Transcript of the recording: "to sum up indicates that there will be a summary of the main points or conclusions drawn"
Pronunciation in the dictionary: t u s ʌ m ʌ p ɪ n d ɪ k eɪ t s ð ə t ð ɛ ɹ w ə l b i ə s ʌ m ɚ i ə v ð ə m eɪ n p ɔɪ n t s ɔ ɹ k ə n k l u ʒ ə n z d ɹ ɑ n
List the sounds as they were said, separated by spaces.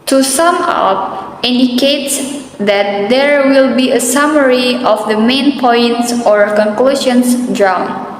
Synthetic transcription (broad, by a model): t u s ʌ m ʌ p ɪ n d ɪ k eɪ t s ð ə t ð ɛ ɹ w ə l b i ə s ʌ m ɚ i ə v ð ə m eɪ n p ɔɪ n t s ɔ ɹ k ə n k l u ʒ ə n s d ɹ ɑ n